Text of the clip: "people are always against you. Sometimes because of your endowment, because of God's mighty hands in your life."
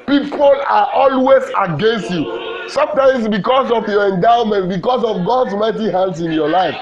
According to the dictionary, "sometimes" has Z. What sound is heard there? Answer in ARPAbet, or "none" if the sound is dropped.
S